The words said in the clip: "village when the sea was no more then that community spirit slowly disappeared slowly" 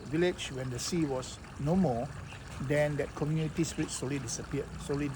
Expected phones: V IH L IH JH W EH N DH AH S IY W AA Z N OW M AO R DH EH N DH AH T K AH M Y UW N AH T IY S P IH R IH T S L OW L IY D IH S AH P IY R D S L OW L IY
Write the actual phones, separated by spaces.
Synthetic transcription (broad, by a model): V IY L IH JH W EH N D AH S IY W AA S N OW M AO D EH N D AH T K AH M Y UW N AH T IY S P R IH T S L OW L IY D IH S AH P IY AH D S OW L IY